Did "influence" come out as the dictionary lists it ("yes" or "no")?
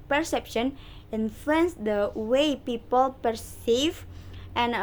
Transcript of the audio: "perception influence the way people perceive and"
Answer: no